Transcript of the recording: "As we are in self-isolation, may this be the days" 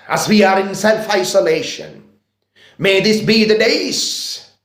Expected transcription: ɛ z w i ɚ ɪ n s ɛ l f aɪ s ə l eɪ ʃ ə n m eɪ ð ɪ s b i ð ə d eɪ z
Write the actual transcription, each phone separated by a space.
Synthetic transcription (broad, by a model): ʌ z w i ɚ ɪ n s ɛ l f aɪ s ə l eɪ ʃ ə n m eɪ ð ɪ s b i ð ə d eɪ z